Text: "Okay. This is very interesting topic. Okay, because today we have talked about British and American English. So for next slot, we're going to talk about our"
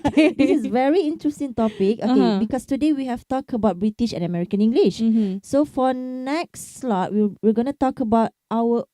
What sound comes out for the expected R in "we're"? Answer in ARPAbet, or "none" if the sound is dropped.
W